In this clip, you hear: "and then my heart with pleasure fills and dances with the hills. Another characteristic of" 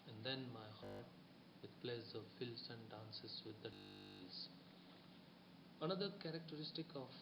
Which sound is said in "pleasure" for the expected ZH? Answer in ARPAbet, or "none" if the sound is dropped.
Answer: Z